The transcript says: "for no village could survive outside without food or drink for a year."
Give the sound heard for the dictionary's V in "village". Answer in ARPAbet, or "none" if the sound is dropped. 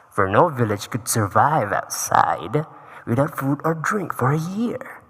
V